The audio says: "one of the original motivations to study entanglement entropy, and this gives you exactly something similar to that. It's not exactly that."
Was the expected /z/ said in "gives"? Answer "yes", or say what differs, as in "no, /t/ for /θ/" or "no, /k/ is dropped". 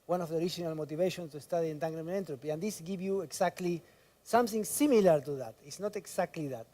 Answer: no, /z/ is dropped